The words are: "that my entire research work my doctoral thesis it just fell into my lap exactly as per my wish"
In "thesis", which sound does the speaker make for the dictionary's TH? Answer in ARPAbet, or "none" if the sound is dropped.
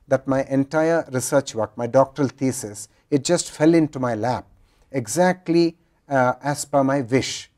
T